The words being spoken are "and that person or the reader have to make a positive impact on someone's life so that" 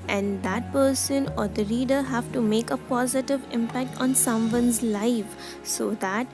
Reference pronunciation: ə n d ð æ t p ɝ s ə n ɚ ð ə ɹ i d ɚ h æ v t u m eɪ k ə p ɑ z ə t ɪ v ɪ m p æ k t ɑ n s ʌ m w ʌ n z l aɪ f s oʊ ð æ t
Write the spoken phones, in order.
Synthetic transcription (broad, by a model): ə n d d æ t p ɝ s ə n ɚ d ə ɹ i d ɚ h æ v t u m eɪ k ə p ɑ z ə t ɪ v ɪ m p æ k t ɑ n s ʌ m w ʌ n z l aɪ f s oʊ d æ t